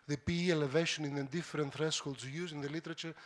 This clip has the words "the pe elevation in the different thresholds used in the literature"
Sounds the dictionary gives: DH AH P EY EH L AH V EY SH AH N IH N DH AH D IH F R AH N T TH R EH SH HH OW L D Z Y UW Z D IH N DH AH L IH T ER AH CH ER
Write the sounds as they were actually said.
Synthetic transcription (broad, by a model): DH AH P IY EH L AH V EY SH AH N IH N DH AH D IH F R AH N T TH R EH S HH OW L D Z Y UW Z IH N DH AH L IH T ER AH CH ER